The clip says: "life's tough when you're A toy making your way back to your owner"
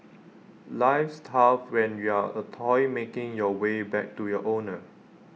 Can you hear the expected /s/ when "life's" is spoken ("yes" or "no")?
yes